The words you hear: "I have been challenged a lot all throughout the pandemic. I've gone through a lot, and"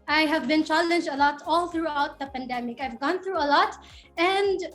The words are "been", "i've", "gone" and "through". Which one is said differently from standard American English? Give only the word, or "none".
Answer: none